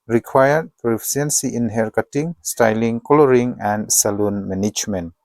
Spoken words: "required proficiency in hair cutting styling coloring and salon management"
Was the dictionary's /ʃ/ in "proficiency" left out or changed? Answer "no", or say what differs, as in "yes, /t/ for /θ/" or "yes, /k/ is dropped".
yes, /ʃ/ is dropped